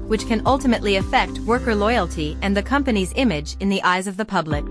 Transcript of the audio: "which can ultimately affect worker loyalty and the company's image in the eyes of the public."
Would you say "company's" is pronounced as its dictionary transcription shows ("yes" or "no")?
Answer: yes